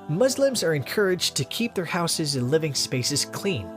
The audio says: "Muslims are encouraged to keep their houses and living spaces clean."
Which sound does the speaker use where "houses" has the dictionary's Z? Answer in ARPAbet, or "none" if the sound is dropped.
Z